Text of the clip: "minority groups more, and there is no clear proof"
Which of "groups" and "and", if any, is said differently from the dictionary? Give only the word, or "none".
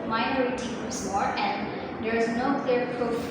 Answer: groups